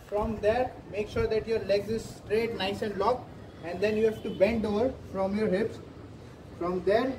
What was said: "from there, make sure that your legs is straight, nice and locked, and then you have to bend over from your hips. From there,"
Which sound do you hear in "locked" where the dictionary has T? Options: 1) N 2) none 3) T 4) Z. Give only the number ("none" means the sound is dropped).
2